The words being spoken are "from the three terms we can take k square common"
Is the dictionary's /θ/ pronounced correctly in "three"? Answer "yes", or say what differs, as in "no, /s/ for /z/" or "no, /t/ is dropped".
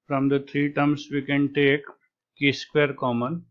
no, /t/ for /θ/